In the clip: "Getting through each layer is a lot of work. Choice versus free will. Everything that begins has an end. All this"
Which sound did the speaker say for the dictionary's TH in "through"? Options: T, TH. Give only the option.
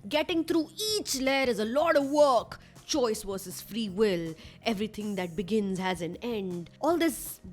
T